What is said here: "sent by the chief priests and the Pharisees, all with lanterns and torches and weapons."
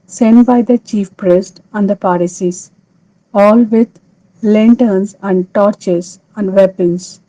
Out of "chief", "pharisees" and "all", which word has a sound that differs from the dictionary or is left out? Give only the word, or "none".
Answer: pharisees